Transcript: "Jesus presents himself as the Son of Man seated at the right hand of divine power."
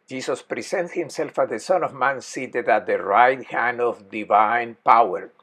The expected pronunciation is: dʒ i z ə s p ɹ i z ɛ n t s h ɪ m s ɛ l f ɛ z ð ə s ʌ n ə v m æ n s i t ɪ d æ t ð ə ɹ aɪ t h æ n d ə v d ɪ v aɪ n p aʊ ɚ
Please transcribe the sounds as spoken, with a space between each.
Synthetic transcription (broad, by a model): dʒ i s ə s p ɹ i s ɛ n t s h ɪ m s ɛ l f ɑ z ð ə s ʌ n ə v m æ n s i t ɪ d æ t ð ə ɹ aɪ t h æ n d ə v d ɪ v aɪ n p aʊ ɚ